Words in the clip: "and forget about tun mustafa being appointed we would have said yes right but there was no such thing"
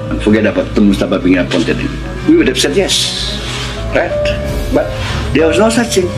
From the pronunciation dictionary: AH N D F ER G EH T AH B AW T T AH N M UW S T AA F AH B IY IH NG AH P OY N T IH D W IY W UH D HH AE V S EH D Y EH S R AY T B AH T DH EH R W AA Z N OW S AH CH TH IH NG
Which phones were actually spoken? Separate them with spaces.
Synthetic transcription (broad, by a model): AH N F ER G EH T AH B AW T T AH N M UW S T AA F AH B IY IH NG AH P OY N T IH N W IY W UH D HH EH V S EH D Y EH S R AY T B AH T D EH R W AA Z N OW S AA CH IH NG